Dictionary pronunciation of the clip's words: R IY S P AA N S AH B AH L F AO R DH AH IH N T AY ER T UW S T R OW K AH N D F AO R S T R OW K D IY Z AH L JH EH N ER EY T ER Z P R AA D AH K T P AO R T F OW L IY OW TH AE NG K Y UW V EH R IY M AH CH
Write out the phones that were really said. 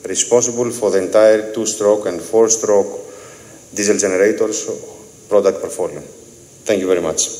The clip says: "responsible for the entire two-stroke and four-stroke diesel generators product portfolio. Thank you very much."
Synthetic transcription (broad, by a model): R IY S P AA N S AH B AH L F AO R DH AH IH N T AY ER T UW S T R OW K AH N D F AO R S T R OW K D IY Z AH L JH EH N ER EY T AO S P R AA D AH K T P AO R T F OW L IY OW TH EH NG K Y UW V EH R IY M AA CH